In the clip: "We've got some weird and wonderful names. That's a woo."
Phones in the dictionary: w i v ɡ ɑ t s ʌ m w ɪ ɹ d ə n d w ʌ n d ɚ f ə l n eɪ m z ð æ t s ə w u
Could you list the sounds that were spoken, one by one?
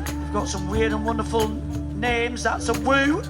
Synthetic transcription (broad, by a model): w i v ɡ ɑ t s ʌ m w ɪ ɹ d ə n w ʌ n d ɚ f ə l n eɪ m z ð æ t s ə w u